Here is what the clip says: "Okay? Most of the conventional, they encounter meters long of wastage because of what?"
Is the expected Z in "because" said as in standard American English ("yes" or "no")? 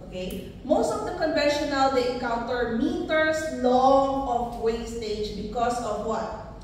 no